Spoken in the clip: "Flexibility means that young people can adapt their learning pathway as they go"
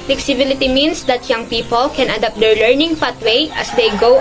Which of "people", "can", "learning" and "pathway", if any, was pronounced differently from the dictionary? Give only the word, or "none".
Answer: pathway